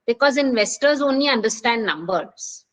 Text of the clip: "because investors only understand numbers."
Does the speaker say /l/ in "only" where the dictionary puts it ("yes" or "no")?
yes